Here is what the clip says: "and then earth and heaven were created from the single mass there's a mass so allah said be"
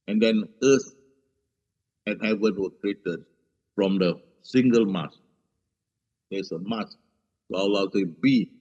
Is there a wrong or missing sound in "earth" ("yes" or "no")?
yes